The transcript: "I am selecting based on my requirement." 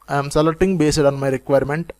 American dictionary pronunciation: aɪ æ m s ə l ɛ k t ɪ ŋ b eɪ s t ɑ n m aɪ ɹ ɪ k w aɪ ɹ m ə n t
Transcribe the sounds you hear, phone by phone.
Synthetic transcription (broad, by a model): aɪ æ m s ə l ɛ t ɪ ŋ b eɪ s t ɑ n m aɪ ɹ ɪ k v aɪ ɹ m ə n t